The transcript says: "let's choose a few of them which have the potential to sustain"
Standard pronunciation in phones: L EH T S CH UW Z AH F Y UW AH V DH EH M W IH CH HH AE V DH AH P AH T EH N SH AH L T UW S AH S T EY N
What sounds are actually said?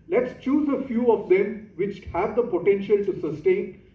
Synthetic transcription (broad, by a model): L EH T S CH UW Z AH F Y UW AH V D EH M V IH CH HH AE V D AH P AH T EH N SH AH L T UW S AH S T EY N